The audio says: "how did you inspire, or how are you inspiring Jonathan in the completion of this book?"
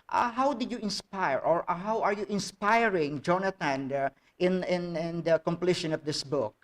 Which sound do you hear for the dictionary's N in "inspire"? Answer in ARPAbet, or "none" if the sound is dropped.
N